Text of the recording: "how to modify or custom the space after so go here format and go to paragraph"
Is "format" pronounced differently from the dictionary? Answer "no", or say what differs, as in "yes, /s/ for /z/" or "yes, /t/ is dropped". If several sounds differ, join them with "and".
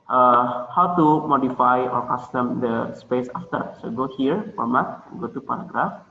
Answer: yes, /p/ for /f/